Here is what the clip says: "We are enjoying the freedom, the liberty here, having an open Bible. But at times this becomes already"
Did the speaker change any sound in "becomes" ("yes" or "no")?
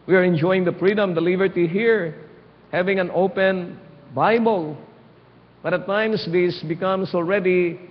yes